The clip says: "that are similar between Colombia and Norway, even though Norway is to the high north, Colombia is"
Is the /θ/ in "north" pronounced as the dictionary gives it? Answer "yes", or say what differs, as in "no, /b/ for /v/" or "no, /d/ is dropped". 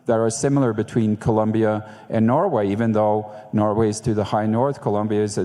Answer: yes